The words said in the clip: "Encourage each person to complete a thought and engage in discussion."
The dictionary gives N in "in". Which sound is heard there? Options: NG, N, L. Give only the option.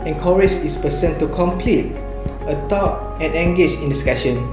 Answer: N